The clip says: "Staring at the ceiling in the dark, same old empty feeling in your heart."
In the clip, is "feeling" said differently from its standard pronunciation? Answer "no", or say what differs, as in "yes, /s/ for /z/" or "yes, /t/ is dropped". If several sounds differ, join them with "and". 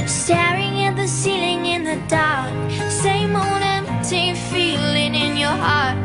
no